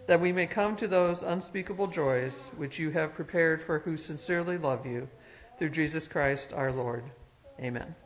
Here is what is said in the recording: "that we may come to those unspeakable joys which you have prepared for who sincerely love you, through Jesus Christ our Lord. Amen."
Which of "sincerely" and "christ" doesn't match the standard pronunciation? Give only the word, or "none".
none